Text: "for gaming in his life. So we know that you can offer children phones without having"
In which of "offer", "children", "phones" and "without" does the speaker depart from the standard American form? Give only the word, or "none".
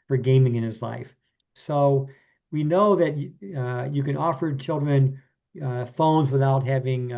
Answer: none